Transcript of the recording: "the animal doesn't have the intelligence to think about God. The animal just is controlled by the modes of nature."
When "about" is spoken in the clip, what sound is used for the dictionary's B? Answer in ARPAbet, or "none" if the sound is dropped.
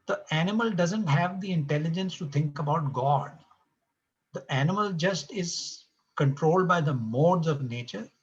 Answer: B